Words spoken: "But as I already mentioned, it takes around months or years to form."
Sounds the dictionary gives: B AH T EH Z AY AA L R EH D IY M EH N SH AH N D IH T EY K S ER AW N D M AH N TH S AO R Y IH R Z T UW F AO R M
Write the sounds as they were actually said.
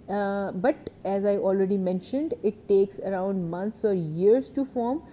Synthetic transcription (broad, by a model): B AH T EH Z AY AA L R EH D IY M EH N SH AH N D IH T EY K S ER AW N D M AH N T S AO R Y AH R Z T UW F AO R M